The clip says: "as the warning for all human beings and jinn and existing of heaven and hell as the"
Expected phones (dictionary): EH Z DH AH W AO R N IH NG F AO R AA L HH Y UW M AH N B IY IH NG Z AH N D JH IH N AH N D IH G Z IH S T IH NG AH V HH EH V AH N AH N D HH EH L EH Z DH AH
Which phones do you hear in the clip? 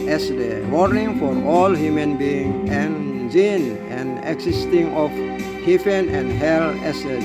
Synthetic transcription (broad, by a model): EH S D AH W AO R N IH NG F AO R AA L HH Y UW M AH N B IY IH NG AH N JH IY N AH N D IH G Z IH S T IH NG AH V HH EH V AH N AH N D HH EH L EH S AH